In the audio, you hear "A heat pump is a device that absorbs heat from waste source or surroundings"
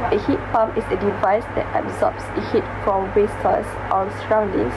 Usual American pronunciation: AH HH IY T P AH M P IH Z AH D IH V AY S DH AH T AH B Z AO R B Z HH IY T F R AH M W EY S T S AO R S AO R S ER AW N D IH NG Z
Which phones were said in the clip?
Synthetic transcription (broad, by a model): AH HH IY T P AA M IH S AH D IH V AY S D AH T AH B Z AO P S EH HH IY T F R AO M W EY S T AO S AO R S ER AW N D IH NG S